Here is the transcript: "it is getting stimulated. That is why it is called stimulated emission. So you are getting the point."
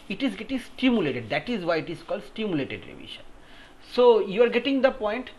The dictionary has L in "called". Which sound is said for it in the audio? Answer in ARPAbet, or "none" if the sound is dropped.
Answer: L